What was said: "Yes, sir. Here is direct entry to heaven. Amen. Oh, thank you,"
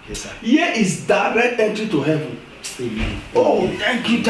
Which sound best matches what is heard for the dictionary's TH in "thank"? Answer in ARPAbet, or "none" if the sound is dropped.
T